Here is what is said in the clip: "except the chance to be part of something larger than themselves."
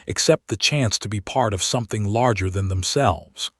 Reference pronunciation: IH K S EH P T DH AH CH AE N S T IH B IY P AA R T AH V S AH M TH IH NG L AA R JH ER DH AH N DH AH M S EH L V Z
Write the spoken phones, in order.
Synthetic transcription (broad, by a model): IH K S EH P T DH AH CH AE N S T IH B IY P AA R T AH V S AH M TH IH NG L AA R JH ER DH AH N DH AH M S EH L V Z